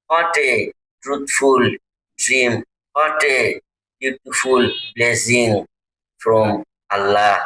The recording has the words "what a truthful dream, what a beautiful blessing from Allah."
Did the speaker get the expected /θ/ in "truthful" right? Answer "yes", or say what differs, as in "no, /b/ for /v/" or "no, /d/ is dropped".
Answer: no, /t/ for /θ/